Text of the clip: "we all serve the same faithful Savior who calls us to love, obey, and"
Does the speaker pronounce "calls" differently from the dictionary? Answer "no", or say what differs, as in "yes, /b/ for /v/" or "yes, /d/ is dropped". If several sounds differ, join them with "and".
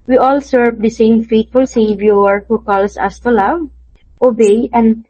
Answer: yes, /s/ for /z/